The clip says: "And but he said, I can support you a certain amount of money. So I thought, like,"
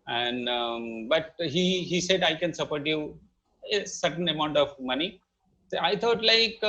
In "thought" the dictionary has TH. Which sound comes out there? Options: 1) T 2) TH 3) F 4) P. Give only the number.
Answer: 1